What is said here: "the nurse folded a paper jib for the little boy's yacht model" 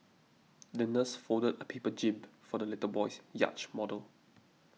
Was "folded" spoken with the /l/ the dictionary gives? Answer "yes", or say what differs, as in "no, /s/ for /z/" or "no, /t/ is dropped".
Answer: no, /l/ is dropped